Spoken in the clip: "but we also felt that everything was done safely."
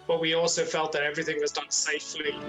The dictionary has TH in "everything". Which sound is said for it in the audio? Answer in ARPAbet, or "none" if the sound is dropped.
TH